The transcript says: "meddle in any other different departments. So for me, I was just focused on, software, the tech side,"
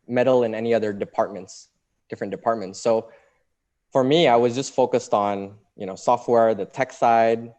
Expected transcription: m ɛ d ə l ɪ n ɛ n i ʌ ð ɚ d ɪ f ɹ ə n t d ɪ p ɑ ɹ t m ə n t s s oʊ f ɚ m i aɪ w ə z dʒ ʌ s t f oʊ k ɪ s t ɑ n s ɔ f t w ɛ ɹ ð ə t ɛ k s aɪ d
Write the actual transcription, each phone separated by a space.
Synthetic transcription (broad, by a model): m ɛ d l ɪ n ɛ n i ʌ ð ɚ d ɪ p ɹ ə n t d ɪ p ɑ ɹ t m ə n t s s oʊ f ɚ m i aɪ w ə z dʒ ʌ s t f oʊ k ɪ s t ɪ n s ɔ f t w ɛ ɹ ð ə t ɛ k s aɪ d